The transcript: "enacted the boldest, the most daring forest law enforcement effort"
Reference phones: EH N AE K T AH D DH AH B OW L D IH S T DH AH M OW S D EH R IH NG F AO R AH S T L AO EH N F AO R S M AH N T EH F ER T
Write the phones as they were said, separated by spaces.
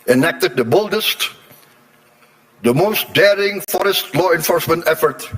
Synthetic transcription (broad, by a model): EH N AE K T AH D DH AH B OW L D IH S T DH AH M OW S D EH R IH NG F AO R AH S T L AO EH N F AO R S M AH N T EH F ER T